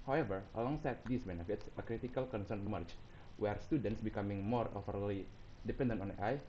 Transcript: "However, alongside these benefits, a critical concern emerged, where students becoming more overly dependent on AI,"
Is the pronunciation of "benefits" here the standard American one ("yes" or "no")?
yes